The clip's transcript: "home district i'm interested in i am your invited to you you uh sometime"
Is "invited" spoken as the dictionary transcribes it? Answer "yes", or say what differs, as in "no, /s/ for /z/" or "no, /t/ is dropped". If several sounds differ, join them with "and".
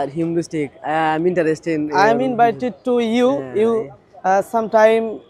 no, /b/ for /v/